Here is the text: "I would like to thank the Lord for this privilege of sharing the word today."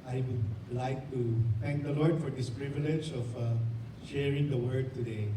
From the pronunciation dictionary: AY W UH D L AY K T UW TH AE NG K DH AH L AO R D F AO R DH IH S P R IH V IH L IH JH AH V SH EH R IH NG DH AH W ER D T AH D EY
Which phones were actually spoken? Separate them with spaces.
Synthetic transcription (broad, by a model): AY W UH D L AY K T UW T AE NG K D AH L AO R D F AO R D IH S P R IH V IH L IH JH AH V SH EH R IH NG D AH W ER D T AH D EY